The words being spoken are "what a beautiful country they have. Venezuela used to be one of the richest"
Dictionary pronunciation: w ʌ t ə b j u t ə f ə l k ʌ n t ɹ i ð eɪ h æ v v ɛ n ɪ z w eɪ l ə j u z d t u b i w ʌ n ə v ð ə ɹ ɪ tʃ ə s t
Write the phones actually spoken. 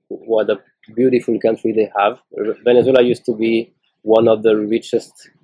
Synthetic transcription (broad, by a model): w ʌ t ə b j u t ə f ə l k ʌ n t ɹ i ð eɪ h æ v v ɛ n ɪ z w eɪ l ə j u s t u b i w ʌ n ə v ð ə ɹ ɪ tʃ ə s t